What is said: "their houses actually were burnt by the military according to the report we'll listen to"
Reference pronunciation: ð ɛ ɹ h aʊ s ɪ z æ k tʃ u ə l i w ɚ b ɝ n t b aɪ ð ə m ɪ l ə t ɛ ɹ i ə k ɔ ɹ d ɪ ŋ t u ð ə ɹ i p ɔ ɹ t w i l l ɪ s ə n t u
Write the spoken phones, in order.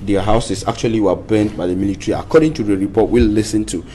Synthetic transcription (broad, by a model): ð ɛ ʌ h aʊ s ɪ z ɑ k tʃ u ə l i w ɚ b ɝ n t b aɪ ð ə m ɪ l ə t ɹ i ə k ɔ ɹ d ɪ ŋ t u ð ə ɹ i p ɔ t w i l l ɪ s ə n t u